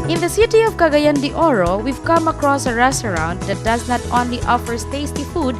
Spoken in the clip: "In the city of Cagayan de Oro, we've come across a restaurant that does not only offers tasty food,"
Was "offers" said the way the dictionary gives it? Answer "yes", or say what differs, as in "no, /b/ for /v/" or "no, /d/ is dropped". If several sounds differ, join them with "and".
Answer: no, /s/ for /z/